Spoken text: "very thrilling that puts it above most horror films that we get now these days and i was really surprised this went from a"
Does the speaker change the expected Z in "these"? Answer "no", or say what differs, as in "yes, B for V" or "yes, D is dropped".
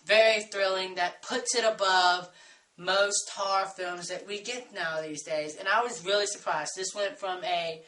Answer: no